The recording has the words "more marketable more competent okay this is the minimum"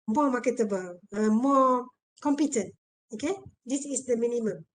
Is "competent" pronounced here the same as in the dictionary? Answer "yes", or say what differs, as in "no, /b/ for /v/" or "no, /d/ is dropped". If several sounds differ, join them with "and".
yes